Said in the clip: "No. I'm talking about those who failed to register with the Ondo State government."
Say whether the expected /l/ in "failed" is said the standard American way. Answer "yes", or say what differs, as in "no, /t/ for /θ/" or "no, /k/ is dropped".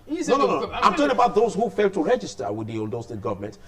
yes